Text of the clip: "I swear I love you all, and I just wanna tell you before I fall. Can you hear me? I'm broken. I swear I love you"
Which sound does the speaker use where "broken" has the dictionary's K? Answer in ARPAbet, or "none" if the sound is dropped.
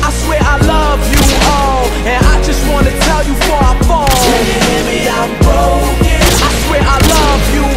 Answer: none